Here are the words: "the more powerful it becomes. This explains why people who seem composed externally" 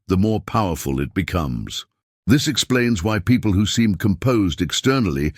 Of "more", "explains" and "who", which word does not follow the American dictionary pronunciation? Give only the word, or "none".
none